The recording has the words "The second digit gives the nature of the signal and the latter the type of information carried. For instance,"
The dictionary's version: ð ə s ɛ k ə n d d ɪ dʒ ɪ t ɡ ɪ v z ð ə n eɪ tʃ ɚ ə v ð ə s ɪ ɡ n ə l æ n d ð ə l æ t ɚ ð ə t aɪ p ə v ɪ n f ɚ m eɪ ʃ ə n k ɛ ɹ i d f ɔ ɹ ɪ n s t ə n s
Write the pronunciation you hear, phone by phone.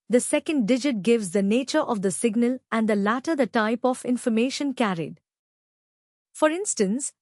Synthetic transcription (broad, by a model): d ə s ɛ k ə n d d ɪ dʒ ɪ t ɡ ɪ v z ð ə n eɪ tʃ ɚ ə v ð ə s ɪ ɡ n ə l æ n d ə l æ t ɚ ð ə t aɪ p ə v ɪ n f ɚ m eɪ ʃ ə n k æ ɹ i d f ɔ ɹ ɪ n s t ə n s